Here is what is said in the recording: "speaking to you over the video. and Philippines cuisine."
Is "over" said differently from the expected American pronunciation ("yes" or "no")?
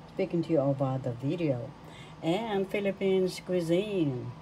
yes